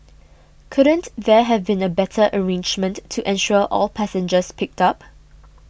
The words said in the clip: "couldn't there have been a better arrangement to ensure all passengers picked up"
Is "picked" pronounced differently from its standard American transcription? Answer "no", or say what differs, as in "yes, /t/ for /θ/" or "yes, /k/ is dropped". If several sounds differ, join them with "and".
no